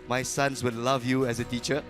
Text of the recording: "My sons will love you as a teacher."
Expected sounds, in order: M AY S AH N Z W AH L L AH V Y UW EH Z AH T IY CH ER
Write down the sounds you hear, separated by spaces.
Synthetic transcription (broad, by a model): M AY S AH N S W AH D L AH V Y UW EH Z AH T IY CH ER